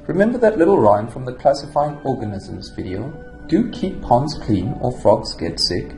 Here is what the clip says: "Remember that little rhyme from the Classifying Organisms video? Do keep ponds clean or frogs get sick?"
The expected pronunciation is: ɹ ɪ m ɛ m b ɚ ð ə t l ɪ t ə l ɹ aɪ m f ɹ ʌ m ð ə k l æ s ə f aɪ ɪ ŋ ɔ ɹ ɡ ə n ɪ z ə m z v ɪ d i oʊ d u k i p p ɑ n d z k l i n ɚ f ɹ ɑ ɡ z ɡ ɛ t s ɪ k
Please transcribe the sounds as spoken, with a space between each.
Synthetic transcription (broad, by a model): ɹ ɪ m ɛ m b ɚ ð ə t l ɪ t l ɹ aɪ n f ɹ ʌ m ð ə k l æ s ə f aɪ ɪ ŋ ɔ ɹ ɡ ə n ɪ z ə m z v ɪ d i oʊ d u k i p p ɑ n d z k l i n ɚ f ɹ ɑ ɡ z ɡ ɛ t s ɪ k